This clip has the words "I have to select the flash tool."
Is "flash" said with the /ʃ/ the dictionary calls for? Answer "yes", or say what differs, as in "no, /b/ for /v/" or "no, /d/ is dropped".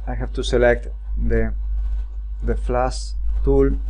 no, /s/ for /ʃ/